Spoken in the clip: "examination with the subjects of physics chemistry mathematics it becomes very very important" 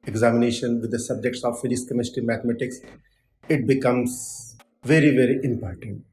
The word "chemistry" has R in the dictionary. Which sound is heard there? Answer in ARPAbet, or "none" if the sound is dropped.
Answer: none